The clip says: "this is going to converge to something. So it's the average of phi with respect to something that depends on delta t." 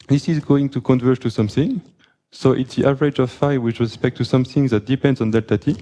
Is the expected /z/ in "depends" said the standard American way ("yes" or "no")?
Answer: yes